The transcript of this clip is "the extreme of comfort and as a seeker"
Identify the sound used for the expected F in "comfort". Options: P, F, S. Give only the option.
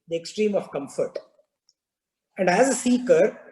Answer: F